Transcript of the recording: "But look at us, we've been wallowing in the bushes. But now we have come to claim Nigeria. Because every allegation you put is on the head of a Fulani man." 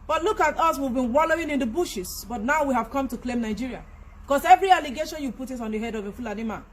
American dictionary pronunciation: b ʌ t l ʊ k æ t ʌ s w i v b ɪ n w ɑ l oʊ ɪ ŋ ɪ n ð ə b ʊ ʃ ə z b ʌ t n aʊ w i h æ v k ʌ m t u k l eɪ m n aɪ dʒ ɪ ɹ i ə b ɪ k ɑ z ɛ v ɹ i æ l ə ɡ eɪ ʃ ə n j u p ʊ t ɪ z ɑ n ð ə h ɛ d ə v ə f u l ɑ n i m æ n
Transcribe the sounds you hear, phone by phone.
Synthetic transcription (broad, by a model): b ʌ t l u k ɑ t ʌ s w i v b ɪ n w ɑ l oʊ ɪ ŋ ɪ n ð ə b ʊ ʃ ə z b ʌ t n aʊ w i h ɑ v k ʌ m t u k l eɪ m n aɪ dʒ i ɹ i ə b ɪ k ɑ s ɛ v ɹ i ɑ l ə ɡ eɪ ʃ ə n j u p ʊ t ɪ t ɑ n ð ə h ɛ d ə v ə f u l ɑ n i m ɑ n